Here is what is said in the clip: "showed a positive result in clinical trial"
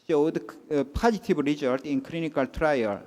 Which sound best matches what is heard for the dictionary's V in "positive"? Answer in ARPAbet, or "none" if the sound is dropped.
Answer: B